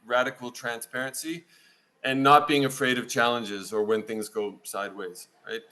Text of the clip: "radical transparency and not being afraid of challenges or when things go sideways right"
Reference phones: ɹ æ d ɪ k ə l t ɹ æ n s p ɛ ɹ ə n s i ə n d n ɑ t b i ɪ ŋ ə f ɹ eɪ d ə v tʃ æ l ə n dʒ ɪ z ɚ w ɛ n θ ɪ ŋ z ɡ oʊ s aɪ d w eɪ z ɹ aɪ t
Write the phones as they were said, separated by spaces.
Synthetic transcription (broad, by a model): ɹ æ d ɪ k l t ɹ æ n s p ɛ ɹ ə n s i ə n n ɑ t b i ɪ ŋ ə f ɹ eɪ d ə v tʃ æ l ə n dʒ ɪ z ɚ w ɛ n θ ɪ ŋ z ɡ oʊ s aɪ d w eɪ z ɹ aɪ t